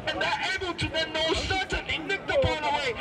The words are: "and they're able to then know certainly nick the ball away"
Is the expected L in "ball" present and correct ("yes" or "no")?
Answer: no